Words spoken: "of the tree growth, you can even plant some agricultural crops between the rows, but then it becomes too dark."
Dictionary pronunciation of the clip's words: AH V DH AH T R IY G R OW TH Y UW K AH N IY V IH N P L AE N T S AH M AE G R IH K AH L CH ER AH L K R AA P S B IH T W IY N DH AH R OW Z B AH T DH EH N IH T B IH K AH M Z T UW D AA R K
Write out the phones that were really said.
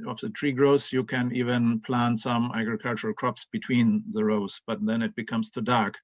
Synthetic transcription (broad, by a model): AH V DH AH T R IY G R OW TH Y UW K AH N IY V IH N P L AE N T S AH M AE G R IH K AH L CH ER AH L K R AA P S B IH T W IY N DH AH R OW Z B AH T DH EH N IH T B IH K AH M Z T UW D AA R K